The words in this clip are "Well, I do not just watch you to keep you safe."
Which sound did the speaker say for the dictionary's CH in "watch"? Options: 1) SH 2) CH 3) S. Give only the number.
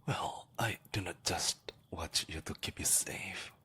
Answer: 2